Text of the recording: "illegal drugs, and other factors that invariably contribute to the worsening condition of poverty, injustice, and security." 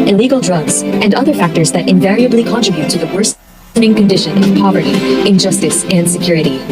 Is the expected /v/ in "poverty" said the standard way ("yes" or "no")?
yes